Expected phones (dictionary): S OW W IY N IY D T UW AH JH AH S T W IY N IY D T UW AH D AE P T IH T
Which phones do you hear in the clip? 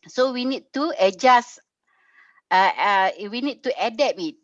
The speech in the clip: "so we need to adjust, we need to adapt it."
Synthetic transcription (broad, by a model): S OW W IY N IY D T UW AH JH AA S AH W IY N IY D T UW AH D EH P IH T